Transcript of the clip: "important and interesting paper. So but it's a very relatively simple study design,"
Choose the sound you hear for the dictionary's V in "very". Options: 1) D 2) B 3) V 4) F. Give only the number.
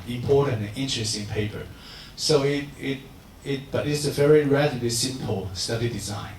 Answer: 3